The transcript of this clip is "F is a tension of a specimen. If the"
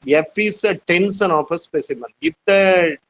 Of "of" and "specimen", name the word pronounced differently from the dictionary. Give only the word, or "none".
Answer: of